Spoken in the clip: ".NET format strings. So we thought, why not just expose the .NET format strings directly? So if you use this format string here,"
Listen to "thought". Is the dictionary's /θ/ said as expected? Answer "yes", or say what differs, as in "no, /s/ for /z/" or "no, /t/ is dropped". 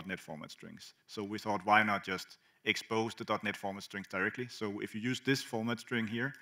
yes